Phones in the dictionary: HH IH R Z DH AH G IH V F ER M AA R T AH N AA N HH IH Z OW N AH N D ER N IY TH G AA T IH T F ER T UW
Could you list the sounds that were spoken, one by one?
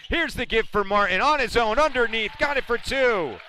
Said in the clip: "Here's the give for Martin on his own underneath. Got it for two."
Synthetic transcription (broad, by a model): HH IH R Z DH AH G IH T F ER M AA R T N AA N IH Z OW N AH N D ER N IY TH G AA T IH T F ER T UW